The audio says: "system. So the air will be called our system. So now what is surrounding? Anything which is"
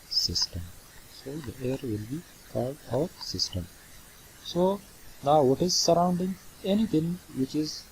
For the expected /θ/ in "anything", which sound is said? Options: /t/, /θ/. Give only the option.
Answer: /t/